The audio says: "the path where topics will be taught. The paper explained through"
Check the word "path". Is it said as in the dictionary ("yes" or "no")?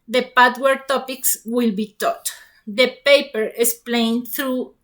no